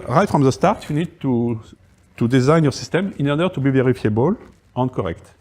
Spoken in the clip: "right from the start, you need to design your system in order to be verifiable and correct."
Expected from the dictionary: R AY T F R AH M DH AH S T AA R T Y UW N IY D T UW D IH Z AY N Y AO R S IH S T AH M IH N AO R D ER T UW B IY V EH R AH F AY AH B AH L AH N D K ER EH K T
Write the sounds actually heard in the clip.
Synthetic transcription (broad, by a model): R AY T F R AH M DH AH S T AA R T Y UW N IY D T UW D IH Z AY N Y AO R S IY S T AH M IH N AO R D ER T UW B IY V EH R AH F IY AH B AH L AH N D K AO EH K T